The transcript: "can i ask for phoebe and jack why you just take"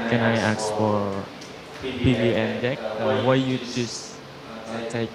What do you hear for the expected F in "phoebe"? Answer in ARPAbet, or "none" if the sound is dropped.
P